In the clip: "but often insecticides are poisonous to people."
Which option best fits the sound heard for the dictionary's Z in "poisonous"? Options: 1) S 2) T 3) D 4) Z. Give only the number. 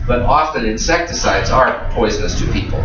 4